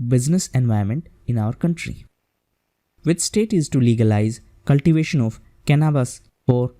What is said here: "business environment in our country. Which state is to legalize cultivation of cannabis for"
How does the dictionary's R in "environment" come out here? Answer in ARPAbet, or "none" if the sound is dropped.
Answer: none